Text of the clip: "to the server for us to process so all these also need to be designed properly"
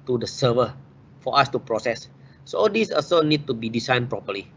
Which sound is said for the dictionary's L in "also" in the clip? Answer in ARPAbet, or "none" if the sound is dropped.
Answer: none